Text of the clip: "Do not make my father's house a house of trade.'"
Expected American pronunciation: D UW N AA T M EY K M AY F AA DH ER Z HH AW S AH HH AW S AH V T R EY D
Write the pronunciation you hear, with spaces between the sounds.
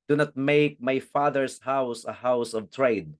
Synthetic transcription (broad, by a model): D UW N AA T M EY K M AY F AA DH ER S HH AW S AH HH AW S AH V T R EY D